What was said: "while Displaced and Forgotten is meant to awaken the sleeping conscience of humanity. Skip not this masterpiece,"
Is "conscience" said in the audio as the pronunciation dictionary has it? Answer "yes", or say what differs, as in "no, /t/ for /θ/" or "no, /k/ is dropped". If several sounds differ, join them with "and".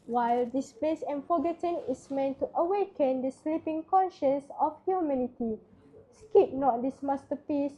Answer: yes